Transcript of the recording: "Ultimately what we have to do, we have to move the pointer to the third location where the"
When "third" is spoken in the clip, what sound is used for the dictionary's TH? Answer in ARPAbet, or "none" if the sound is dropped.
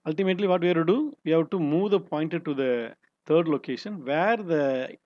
T